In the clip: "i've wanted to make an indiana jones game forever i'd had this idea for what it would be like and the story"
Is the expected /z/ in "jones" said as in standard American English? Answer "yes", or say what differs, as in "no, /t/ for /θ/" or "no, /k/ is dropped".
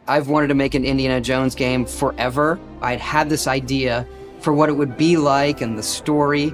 yes